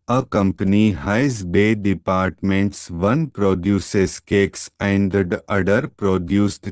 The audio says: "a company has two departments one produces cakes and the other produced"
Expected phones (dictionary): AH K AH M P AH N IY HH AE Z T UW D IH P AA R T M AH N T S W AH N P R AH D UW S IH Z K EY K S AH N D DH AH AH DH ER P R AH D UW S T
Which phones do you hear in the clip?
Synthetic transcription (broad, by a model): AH K AH M P AH N IY HH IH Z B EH D IH P AA R T M AH N T S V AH N P R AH D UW S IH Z K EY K S AH N D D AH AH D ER P R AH D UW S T